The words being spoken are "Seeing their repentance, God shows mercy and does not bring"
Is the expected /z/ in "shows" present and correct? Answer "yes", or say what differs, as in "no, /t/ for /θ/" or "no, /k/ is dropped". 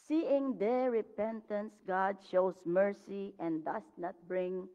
no, /s/ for /z/